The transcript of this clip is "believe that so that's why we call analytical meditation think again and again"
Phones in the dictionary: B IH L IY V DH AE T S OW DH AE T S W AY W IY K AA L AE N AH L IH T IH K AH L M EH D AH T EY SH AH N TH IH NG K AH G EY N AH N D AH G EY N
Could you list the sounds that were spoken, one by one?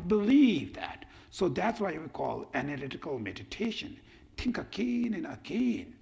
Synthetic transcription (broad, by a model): B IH L IY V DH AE T S OW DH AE T S W AY W IY K AA L AE N AH L IH T IH K AH L M EH D AH T EY SH AH N T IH NG K AH G EY N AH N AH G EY N